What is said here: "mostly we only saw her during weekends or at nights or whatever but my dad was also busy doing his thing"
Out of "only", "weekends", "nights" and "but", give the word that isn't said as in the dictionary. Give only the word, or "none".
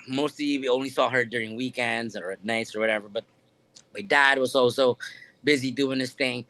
none